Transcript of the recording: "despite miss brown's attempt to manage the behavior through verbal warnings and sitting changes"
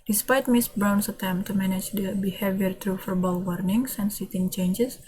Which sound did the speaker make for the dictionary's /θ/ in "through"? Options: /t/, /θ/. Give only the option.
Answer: /t/